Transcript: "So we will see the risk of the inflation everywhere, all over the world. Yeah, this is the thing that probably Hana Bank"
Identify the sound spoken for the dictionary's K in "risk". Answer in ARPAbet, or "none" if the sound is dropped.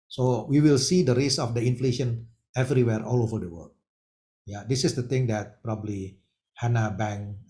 none